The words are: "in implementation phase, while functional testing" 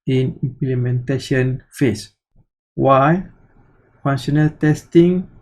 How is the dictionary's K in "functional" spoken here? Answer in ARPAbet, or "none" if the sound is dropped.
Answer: none